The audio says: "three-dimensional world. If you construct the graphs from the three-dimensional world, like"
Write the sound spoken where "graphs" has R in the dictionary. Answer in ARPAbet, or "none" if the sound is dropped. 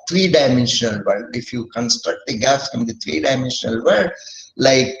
none